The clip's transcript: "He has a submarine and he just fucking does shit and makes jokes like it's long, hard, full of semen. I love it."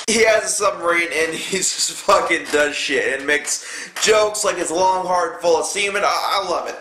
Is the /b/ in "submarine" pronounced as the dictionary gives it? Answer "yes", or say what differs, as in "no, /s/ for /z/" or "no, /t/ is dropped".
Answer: no, /b/ is dropped